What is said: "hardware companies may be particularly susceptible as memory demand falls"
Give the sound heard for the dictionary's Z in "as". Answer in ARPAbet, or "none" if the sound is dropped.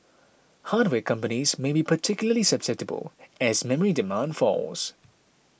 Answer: Z